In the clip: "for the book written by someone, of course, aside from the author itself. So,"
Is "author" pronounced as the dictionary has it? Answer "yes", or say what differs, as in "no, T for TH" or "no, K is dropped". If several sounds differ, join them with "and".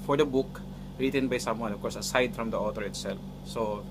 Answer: no, T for TH